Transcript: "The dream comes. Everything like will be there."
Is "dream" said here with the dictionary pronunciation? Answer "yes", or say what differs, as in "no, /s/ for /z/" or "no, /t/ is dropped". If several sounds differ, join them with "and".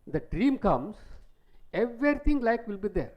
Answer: yes